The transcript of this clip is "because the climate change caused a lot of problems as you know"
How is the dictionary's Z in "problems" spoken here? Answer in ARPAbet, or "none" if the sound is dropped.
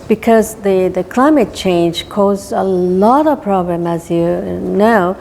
none